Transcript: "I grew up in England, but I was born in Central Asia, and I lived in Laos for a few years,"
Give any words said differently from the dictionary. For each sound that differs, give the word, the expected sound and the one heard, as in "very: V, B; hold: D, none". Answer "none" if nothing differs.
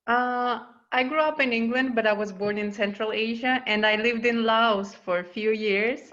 none